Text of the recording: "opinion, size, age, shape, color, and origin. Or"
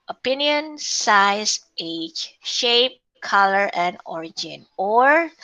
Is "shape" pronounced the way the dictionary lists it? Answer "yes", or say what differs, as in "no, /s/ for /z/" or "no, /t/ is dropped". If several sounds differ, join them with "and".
yes